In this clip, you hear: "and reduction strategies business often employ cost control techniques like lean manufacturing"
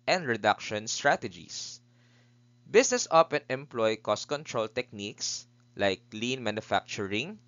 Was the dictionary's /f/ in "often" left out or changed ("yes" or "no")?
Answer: yes